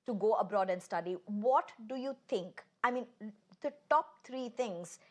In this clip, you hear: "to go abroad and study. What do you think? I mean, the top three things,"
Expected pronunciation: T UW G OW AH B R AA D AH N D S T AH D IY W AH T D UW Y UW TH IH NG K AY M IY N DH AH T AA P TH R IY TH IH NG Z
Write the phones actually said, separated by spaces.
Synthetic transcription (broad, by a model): T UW G OW AH B R AA D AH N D S T AH D IY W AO T D UW Y UW T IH NG K AY M IY N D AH T AA P T R IY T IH NG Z